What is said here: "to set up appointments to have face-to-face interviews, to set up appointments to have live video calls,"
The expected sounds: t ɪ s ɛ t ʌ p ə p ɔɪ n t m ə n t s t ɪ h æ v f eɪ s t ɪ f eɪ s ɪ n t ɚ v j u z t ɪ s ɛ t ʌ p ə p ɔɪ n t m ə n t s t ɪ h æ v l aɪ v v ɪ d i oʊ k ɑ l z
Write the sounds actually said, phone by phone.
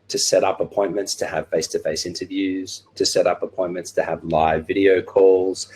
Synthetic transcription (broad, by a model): t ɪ s ɛ t ʌ p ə p ɔɪ n m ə n t s t ɪ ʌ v f eɪ s t ɪ f eɪ s ɪ n t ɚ v j u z t ɪ s ɛ t ʌ p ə p ɔɪ n m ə n t s t ɪ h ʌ v l aɪ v v ɪ d i oʊ k ɑ l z